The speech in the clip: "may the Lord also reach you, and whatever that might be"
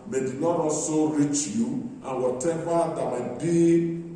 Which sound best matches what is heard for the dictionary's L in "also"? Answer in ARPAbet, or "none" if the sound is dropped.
none